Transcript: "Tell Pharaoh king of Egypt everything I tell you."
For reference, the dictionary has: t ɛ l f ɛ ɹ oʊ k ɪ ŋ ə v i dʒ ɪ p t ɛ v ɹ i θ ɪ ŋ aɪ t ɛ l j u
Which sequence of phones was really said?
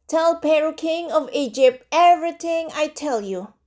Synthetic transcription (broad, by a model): t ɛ l p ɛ ɹ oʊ k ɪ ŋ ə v i dʒ ɪ p t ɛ v ɹ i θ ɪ ŋ aɪ t ɛ l j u